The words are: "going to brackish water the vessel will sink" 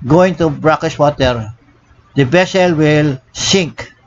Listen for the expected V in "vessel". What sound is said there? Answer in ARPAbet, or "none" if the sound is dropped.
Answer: B